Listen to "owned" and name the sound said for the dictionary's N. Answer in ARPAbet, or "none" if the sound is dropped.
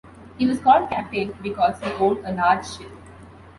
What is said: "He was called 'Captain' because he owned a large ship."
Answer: L